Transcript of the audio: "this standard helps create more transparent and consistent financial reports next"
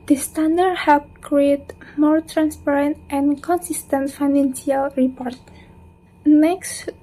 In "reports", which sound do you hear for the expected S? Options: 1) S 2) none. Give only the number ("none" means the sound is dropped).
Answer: 2